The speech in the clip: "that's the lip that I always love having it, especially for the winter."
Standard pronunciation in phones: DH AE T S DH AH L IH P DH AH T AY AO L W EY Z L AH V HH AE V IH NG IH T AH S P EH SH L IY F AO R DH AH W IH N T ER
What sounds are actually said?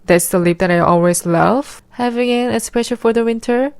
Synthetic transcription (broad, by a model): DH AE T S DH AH L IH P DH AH T AY AO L W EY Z L AH V HH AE V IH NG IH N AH S P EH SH IY F AO R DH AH W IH N T ER